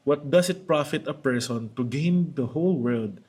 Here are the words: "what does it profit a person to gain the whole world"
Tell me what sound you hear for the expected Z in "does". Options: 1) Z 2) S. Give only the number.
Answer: 2